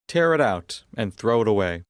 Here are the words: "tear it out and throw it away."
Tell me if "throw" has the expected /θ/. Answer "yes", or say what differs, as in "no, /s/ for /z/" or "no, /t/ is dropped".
yes